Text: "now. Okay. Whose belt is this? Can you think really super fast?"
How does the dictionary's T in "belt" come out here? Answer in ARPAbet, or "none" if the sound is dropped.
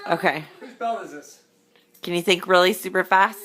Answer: none